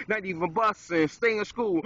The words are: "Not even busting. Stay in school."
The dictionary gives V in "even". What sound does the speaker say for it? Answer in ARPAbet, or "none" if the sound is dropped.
V